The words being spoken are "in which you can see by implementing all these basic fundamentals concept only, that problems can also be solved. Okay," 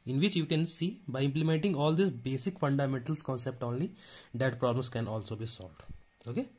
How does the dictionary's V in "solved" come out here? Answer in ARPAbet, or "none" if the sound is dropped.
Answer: V